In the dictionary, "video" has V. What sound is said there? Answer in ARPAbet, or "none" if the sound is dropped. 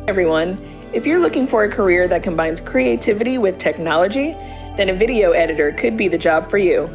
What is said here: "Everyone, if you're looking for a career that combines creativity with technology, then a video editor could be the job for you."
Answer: V